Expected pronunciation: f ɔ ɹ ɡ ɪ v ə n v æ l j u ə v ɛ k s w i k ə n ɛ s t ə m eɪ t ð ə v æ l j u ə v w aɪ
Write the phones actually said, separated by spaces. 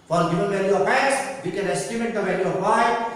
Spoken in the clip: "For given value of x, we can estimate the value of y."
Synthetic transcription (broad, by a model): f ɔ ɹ ɡ ɪ v ə n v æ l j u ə f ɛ s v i k ə n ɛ s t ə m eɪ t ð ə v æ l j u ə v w aɪ